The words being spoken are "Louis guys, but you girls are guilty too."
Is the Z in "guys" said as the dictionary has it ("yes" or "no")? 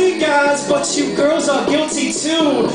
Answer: yes